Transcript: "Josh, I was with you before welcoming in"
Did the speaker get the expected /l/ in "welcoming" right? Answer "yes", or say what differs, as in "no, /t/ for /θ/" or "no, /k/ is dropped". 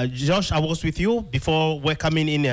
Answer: no, /l/ is dropped